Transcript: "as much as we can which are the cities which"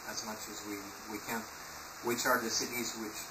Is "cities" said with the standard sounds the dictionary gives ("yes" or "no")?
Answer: yes